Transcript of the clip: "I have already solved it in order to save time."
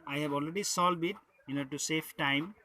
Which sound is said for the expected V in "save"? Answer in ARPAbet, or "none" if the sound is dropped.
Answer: F